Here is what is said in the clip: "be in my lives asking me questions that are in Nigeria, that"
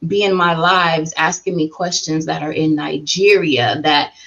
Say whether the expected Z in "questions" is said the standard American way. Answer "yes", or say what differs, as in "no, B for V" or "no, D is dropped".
yes